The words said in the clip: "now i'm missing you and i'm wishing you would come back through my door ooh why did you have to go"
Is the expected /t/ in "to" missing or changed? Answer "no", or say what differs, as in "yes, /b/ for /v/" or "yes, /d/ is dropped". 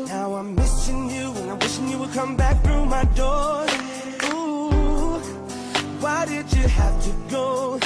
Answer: no